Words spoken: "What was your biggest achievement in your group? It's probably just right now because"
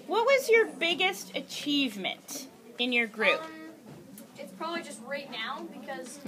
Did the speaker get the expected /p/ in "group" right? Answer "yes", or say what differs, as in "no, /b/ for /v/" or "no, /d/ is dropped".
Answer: yes